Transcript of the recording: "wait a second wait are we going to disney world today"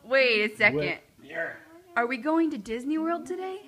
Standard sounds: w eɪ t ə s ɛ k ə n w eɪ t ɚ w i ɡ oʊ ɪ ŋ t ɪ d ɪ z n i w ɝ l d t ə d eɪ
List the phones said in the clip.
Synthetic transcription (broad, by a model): w eɪ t ə s ɛ k ə n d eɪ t ɚ w i ɡ oʊ ɪ ŋ t ɪ d ɪ z n i w ɝ l d t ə d eɪ